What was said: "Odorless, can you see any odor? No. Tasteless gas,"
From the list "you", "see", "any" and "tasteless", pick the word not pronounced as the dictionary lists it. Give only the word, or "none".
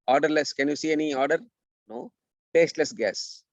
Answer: none